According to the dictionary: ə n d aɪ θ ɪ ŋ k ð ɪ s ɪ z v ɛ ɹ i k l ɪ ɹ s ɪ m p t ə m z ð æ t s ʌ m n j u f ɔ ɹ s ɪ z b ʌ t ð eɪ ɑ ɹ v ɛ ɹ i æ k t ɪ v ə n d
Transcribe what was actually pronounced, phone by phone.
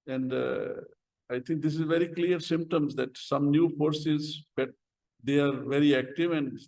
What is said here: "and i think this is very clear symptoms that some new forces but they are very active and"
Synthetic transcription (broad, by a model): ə n d aɪ t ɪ ŋ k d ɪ s ɪ z v ɛ ɹ i k l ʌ ɹ s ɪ m p t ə m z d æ t s ʌ m n j u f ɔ ɹ s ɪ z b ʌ t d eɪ ɑ ɹ v ɛ ɹ i æ k t ɪ v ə n d